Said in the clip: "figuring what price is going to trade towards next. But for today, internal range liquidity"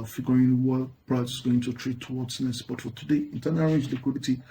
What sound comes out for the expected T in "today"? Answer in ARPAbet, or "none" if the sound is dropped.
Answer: T